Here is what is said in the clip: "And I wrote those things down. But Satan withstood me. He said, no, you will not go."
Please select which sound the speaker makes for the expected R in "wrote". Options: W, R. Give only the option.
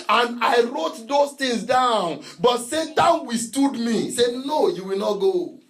R